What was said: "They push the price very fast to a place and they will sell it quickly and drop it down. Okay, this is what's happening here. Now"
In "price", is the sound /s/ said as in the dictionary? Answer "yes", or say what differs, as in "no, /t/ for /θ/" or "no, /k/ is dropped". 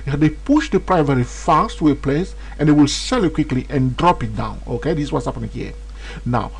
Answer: no, /s/ is dropped